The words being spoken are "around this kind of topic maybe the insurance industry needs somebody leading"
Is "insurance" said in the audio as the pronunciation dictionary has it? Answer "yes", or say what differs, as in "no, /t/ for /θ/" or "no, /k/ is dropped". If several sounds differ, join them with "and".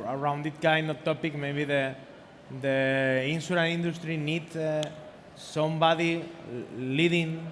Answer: no, /s/ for /ʃ/ and /s/ is dropped